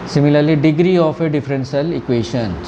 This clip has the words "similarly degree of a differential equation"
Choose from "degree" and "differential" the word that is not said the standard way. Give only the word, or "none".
differential